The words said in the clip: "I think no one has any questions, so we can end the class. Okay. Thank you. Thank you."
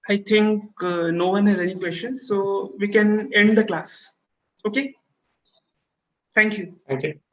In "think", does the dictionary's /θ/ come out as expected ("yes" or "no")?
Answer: no